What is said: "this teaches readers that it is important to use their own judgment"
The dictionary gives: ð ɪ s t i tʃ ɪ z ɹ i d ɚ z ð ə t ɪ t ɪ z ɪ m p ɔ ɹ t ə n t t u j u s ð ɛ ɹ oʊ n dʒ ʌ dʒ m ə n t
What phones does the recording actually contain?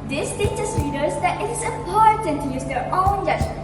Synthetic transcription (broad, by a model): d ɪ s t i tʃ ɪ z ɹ i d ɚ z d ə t ɪ t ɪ s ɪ m p ɔ ɹ t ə n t t u j u s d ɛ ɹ oʊ n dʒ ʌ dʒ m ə